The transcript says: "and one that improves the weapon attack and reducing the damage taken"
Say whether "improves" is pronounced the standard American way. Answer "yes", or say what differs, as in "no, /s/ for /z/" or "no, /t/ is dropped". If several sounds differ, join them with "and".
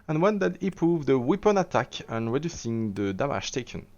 no, /m/ is dropped